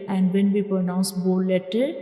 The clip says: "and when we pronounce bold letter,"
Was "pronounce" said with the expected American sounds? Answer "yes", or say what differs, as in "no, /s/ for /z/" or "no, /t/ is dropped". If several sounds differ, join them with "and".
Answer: yes